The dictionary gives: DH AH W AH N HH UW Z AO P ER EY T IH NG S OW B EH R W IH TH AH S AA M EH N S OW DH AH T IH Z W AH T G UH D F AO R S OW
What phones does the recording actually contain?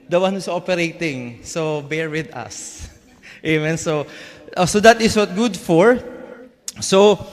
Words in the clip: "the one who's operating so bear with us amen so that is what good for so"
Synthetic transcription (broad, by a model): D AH W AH N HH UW S AO P ER EY T IH NG S OW B EH R W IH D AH S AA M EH N S OW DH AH T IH S W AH T G UH D F AO R S OW